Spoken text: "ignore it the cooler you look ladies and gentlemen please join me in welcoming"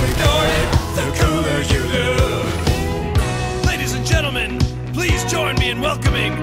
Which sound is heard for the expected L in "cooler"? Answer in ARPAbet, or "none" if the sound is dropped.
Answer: none